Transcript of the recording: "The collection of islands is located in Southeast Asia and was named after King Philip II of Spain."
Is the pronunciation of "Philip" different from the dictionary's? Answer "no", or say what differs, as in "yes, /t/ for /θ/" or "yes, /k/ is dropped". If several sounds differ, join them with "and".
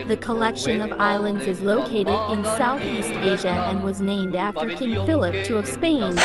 no